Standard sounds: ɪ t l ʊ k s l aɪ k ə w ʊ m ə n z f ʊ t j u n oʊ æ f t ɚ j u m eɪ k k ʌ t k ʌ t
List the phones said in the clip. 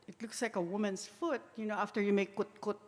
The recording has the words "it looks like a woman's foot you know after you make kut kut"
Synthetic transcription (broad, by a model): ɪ t l ʊ k s l aɪ k ə w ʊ m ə n s f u t j u n oʊ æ f t ɚ j u m eɪ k k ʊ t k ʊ t